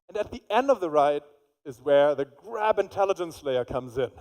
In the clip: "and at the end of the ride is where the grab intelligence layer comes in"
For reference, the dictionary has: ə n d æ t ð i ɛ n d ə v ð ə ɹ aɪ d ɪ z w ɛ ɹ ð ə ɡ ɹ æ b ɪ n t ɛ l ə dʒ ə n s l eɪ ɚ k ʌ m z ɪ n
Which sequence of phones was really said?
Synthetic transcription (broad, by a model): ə n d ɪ t ð i ɛ n d ə v ð ə ɹ aɪ d ɪ z w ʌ ɹ ð ə ɡ ɹ æ b ɪ n t ɛ l ə dʒ ə n s l eɪ ɚ k ʌ m z ɪ n